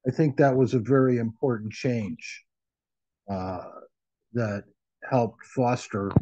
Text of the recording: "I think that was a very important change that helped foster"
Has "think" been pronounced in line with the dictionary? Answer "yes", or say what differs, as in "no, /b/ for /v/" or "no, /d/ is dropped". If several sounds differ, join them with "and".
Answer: yes